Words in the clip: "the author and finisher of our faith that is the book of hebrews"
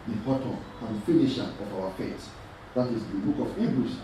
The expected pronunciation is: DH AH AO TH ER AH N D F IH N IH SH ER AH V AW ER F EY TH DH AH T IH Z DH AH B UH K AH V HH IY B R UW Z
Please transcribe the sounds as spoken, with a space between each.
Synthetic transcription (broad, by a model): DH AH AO T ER AH N D F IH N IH SH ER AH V AW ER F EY T DH AH T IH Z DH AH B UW K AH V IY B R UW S